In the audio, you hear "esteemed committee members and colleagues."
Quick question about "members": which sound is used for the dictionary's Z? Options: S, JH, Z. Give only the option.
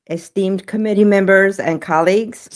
Z